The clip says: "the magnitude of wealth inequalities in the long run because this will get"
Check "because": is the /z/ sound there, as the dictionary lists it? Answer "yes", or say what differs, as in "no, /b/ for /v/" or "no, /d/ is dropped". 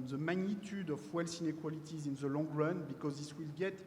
yes